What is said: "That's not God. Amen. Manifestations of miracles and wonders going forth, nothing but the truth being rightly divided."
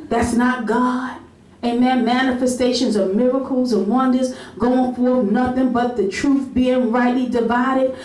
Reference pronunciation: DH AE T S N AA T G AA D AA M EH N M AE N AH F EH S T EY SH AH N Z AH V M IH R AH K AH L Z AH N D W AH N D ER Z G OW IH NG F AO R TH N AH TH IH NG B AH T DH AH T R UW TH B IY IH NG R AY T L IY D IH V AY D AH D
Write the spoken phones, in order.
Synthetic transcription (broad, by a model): DH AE T S N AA T G AA D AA M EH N M AE N AH F EH S T EY SH AH N Z AH V M IH R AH K L Z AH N W AH N D ER Z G OW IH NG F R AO N AH TH IH NG B AH T DH AH T R UW TH B IY IH NG R AY T L IY D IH V AY D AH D